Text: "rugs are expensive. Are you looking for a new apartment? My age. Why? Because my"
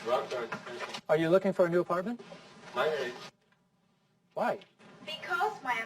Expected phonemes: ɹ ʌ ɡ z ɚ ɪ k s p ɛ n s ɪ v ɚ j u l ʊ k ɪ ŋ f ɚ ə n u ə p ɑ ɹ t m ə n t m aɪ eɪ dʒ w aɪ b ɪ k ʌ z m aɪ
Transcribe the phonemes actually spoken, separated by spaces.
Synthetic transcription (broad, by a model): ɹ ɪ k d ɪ ɚ j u l ʊ k ɪ ŋ f ɚ ə n u ə p ɑ ɹ t m ə n t m aɪ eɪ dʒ w aɪ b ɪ k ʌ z m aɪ